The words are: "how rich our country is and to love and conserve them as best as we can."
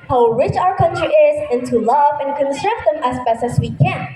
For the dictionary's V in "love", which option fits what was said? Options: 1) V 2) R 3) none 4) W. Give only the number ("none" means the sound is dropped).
1